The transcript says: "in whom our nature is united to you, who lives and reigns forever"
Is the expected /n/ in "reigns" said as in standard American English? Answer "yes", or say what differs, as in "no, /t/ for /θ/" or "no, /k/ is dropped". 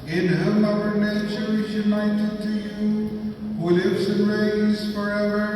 no, /n/ is dropped